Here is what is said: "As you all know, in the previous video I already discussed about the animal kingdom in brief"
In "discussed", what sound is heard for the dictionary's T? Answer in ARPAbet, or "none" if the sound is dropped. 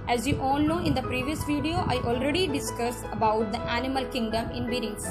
none